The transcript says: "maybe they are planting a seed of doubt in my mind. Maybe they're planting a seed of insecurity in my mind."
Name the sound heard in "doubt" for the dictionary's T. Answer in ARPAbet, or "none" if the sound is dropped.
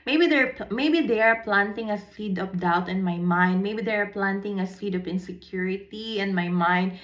T